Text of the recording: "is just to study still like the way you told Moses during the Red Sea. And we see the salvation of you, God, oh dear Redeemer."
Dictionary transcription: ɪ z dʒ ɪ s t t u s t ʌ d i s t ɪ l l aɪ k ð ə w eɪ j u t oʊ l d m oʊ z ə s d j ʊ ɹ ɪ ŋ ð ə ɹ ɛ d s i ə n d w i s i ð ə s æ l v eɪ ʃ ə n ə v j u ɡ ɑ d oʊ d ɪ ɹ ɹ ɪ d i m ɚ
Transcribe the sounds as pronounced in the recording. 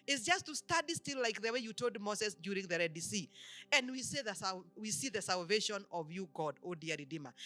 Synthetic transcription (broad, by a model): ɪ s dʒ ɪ s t t u s t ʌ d i s t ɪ l l aɪ k ð ə w eɪ j u t oʊ l d m oʊ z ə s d j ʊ ɹ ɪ ŋ ð ə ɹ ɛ d s i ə n d w i s i ð ə s æ l v eɪ ʃ ə n ə v j u ɡ ɑ d oʊ d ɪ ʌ ɹ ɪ d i m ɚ